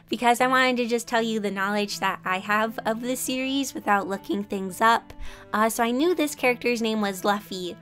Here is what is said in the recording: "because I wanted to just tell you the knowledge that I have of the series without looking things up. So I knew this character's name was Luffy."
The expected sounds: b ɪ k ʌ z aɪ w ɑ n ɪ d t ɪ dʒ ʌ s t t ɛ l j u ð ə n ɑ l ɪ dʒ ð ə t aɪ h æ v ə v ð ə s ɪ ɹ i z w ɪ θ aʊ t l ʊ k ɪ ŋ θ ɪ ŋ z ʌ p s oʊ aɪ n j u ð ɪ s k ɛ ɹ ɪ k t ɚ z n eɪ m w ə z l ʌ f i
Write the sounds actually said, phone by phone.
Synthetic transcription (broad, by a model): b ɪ k ʌ z aɪ w ɑ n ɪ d t ɪ dʒ ʌ s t t ɛ l j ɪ ð ə n ɑ l ɪ dʒ ð ə t aɪ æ v ə v ð ə s ɪ ɹ i z w ɪ θ aʊ t l ʊ k ɪ ŋ θ ɪ ŋ z ʌ p s oʊ aɪ n j u ð ɪ s k ɛ ɹ ɪ k t ɚ z n eɪ m w ə z l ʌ f i